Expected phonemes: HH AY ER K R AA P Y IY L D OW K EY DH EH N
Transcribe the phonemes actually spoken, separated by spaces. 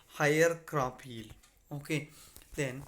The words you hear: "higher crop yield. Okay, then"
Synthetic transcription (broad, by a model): HH AY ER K R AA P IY L OW K EY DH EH N